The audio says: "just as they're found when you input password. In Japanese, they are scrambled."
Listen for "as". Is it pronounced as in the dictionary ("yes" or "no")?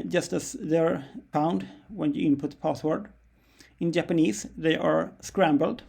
no